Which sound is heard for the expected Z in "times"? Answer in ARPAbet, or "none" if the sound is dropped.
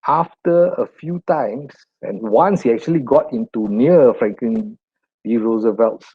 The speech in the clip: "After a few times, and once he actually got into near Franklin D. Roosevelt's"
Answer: S